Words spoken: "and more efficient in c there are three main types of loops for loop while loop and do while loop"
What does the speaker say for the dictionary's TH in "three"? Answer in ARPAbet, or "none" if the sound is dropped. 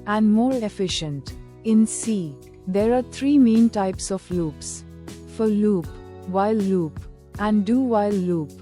T